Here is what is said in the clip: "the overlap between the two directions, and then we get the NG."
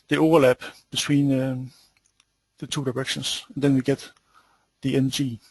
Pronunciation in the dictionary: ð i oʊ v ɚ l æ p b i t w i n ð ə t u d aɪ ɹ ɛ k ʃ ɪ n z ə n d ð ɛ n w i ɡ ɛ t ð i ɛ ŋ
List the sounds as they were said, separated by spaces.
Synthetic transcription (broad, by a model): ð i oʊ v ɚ l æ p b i s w i n ð ə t u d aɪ ɹ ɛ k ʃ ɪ n s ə n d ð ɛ n w i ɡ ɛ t ð i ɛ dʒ